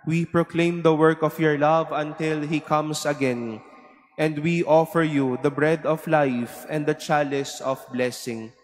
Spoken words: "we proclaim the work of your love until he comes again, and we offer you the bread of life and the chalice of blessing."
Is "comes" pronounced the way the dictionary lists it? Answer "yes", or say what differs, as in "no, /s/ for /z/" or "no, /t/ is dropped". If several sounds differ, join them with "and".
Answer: no, /s/ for /z/